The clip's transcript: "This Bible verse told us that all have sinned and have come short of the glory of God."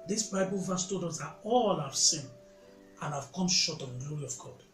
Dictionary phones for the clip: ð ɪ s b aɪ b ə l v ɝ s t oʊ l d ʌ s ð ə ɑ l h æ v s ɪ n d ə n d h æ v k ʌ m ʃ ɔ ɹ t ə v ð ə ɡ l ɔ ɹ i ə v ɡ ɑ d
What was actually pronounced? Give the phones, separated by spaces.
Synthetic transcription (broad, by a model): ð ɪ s b aɪ b ə l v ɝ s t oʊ d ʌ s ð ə ɑ l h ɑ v s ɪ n ə n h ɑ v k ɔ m ʃ ɔ t ə v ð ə ɡ l ɔ ɹ i ə v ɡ ɑ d